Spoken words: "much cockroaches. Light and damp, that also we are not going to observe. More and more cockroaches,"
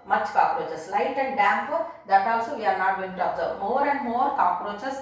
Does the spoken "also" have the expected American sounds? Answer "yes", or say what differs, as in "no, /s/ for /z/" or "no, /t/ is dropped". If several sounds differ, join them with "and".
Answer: no, /w/ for /l/